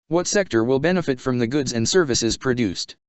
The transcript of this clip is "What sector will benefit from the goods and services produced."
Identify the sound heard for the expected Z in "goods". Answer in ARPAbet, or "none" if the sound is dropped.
Z